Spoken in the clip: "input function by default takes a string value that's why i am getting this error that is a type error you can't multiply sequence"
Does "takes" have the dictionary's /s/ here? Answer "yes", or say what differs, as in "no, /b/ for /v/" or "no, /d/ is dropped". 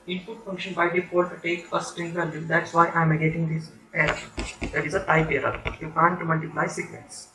no, /s/ is dropped